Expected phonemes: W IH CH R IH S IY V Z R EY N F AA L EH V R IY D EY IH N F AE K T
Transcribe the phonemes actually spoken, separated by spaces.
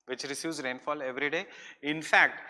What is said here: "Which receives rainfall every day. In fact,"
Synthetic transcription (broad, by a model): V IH CH R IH S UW Z R EY N F AA L EH V R IY D EY IH N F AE K T